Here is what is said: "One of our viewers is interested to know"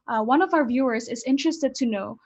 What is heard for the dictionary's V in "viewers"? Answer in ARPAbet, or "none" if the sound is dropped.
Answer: V